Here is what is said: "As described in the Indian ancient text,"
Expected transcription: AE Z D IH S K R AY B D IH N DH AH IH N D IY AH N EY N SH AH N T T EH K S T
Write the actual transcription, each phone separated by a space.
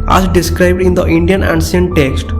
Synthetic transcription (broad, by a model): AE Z D IH S K R AY B D IH N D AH IH N D IY AH N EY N S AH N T T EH K S T